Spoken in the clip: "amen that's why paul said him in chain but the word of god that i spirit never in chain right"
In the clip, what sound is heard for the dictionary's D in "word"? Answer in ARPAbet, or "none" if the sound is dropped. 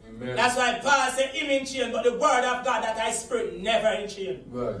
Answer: D